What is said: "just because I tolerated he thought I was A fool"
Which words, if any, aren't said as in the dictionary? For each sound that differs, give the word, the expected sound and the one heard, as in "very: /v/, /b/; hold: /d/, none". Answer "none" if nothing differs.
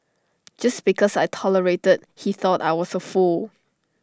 because: /z/, /s/; was: /z/, /s/